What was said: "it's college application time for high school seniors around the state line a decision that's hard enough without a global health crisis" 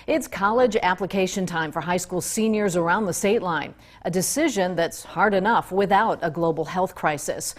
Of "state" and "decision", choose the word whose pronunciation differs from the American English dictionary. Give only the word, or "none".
none